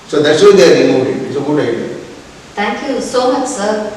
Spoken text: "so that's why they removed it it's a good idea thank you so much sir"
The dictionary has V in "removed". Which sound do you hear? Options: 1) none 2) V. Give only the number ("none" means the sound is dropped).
1